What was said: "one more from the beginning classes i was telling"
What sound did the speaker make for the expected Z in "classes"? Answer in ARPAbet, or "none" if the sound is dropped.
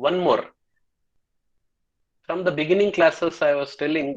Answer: S